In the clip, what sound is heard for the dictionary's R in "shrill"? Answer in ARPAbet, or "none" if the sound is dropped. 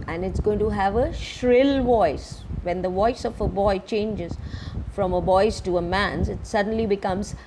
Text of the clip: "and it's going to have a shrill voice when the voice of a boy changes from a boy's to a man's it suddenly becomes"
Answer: R